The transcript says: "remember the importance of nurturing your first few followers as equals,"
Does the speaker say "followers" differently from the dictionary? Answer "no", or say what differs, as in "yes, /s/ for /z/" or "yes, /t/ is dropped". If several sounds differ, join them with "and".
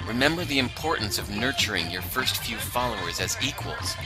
no